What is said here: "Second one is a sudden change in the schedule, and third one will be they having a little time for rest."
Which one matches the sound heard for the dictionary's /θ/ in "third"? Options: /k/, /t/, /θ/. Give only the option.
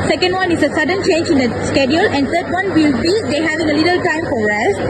/t/